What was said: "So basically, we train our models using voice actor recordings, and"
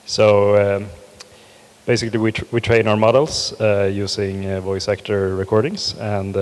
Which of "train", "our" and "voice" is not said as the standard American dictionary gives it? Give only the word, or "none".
none